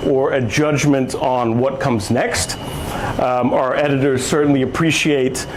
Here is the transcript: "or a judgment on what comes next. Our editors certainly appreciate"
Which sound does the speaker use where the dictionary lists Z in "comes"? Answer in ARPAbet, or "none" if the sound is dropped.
Z